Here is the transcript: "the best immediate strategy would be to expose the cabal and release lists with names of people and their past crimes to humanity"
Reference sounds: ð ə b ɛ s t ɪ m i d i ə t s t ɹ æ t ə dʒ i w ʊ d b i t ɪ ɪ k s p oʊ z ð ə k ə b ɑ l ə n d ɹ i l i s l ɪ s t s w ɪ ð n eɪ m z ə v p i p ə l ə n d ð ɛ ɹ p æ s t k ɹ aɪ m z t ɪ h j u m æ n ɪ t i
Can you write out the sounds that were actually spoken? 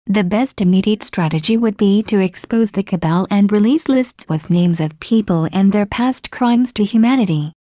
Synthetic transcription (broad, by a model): ð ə b ɛ s t ɪ m i d i ə t s t ɹ æ t ə dʒ i w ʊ d b i t ɪ ɪ k s p oʊ z ð ə k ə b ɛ l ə n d ɹ i l i s l ɪ s t s w ɪ ð n eɪ m z ə v p i p ə l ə n ð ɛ ɹ p æ s t k ɹ aɪ m z t ɪ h j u m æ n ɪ t i